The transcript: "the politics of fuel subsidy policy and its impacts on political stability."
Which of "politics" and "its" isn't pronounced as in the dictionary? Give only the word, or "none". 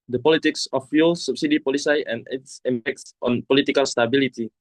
none